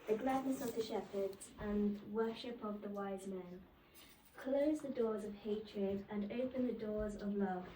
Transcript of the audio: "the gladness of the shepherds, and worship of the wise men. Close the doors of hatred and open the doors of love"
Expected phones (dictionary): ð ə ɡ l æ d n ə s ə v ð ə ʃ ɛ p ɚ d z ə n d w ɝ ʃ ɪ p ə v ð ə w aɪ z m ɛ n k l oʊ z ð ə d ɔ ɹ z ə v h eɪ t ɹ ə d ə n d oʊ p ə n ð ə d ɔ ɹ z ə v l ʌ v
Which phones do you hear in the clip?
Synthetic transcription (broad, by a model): ð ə ɡ l æ d n ə s ə v ð ə ʃ ɛ p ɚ d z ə n w ɝ ʃ ɪ p ə v ð ə w aɪ z m ɛ n k l oʊ z ð ə d ɔ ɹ z ə v h eɪ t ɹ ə d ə n oʊ p ə n ð ə d ɔ ɹ z ə v l ʌ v